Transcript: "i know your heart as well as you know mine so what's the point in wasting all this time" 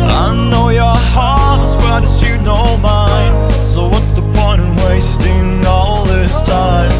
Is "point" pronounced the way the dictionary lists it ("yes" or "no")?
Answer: no